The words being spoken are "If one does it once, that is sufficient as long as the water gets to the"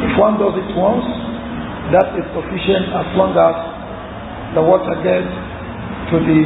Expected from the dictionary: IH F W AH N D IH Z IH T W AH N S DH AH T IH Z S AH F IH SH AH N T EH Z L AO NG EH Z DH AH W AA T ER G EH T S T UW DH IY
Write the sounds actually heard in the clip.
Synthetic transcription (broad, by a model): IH F W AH N D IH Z IH T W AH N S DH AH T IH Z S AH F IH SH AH N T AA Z L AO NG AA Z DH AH W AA T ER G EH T T UW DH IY